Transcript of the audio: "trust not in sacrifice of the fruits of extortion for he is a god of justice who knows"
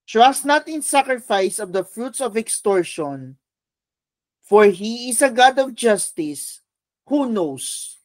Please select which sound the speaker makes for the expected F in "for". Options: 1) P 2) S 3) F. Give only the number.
3